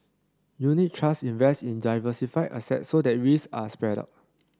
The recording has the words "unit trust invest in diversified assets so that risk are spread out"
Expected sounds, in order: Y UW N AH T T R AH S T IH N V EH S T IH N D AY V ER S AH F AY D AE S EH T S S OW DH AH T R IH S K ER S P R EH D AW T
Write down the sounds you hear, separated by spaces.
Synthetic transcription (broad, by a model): Y UW N AH T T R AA S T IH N V EH S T IH N D AY V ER S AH F AY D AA S EH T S S OW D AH T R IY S AA S P R EH D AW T